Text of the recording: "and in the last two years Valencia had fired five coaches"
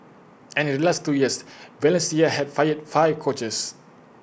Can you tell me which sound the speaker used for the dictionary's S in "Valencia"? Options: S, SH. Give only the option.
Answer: S